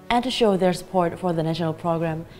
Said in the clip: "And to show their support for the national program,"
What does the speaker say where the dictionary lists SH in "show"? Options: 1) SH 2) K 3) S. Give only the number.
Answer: 1